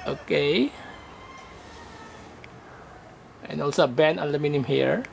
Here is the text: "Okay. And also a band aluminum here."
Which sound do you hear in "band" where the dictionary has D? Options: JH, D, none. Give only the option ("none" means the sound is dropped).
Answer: none